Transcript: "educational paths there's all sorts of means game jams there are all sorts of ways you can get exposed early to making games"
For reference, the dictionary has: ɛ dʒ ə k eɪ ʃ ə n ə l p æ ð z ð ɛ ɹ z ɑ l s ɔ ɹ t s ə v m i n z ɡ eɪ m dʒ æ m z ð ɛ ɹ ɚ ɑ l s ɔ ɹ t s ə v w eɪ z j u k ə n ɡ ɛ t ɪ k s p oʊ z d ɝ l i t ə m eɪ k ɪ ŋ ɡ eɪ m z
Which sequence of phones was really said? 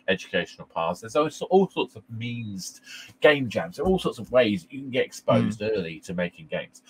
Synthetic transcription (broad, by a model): ɛ dʒ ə k eɪ ʃ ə n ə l p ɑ z ð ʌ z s ɑ l s ɔ t s ə v m i n z ɡ eɪ m dʒ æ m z ð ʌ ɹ ɑ l s ɔ t s ə v w eɪ z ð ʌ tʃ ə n ɡ ɛ t ɪ k s p oʊ z d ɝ l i t ə m eɪ k ɪ ŋ ɡ eɪ m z